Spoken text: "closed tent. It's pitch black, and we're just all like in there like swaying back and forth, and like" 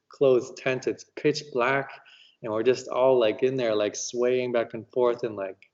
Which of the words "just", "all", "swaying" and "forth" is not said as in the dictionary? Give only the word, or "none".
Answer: none